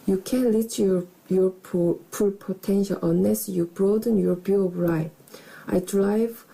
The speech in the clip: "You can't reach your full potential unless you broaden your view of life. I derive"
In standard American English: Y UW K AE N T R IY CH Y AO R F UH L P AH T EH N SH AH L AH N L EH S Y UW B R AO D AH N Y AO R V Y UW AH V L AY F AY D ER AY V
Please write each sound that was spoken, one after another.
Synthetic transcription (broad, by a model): Y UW K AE N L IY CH Y AO R P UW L P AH T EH N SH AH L AH N L EH S Y UW B R AO D AH N Y AO R B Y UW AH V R AY AY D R AY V